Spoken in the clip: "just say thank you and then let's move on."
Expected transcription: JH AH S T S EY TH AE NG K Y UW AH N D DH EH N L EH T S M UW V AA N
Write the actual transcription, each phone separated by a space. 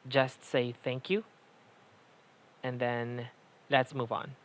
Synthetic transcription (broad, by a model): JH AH S T S EY TH AE NG K Y UW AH N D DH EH N L EH T S M UW V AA N